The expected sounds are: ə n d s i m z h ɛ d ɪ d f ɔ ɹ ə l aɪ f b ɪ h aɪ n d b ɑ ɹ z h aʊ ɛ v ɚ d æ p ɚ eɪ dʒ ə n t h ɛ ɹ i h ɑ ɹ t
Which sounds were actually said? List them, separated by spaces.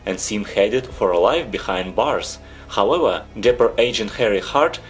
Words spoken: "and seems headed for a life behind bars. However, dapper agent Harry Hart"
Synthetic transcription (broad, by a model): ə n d s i m h ɛ d ɪ d f ɔ ɹ ə l aɪ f b ɪ h aɪ n d b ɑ ɹ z h aʊ ɛ v ɚ d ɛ p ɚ eɪ dʒ ə n t h ɛ ɹ i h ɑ ɹ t